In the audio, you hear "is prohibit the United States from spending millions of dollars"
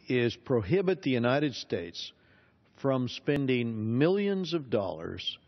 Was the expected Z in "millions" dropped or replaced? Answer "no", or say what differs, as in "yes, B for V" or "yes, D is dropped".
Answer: no